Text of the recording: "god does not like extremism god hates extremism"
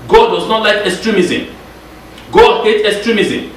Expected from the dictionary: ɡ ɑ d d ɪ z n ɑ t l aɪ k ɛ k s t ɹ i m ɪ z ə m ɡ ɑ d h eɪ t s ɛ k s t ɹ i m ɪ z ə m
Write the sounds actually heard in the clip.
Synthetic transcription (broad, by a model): ɡ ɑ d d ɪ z n ɑ t l aɪ k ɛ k s t ɹ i m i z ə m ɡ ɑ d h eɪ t ɛ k s t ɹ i m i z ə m